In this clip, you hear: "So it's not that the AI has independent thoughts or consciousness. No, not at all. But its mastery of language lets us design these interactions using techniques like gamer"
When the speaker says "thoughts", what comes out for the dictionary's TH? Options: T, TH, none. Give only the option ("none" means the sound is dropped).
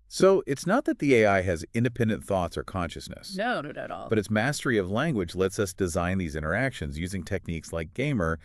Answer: TH